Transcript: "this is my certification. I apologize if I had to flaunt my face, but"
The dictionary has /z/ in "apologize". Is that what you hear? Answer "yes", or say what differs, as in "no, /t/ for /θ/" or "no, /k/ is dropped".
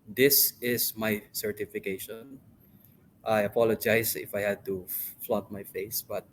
no, /s/ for /z/